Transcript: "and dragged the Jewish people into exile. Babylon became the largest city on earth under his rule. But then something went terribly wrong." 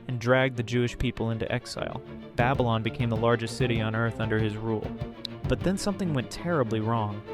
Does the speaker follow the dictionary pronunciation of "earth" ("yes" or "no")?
yes